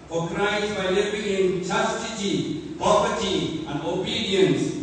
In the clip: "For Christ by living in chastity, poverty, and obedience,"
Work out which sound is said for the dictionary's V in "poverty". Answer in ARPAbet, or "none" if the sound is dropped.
P